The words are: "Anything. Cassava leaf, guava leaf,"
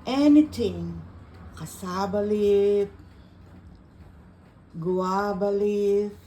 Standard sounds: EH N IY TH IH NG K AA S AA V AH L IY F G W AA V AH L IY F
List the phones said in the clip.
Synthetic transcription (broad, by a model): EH N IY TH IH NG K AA S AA B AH L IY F G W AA B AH L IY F